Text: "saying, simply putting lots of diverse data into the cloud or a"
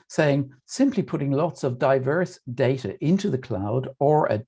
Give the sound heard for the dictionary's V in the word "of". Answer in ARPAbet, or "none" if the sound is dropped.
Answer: V